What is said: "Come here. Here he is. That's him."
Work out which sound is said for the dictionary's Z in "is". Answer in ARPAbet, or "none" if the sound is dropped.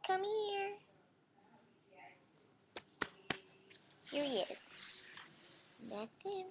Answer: S